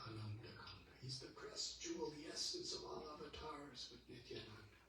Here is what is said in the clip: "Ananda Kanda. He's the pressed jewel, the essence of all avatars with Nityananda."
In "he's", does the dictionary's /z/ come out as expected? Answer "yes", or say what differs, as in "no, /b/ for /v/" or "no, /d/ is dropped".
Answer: yes